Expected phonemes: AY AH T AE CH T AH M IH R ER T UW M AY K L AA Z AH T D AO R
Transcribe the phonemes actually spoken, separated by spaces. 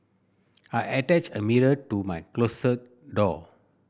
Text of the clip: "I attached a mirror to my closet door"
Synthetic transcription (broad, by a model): AY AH T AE CH AH M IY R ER T UW M AY K L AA S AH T D AO